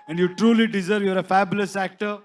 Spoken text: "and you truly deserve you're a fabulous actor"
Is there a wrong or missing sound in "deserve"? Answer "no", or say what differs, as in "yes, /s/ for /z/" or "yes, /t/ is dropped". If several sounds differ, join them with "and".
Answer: no